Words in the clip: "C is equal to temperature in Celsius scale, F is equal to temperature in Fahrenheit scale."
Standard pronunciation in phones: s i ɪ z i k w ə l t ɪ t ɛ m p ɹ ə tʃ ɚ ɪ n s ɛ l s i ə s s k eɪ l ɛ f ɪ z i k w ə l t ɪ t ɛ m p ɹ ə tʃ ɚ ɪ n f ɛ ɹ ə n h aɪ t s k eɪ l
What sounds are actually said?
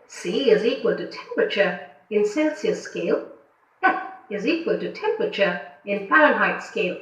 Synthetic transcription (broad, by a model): s i ɪ z i k w ə l t ɪ t ɛ m p ɹ ə tʃ ɚ ɪ n s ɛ n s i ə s s k eɪ l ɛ ɪ z i k w ə l t ɪ t ɛ m p ɹ ə tʃ ɚ ɪ n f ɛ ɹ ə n h aɪ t s k eɪ l